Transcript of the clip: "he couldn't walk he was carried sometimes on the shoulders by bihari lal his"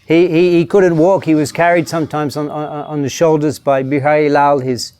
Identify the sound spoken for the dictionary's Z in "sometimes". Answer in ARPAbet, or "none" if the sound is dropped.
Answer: Z